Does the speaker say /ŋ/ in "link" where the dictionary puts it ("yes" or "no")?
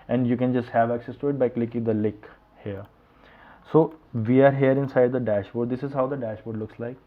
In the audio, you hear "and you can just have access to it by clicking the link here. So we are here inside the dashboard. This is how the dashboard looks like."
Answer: no